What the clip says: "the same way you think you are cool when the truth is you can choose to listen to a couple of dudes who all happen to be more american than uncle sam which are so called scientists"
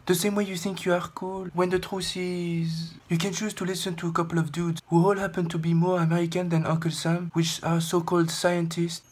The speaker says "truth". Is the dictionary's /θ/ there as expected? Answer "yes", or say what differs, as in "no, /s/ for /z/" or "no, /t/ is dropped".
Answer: no, /s/ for /θ/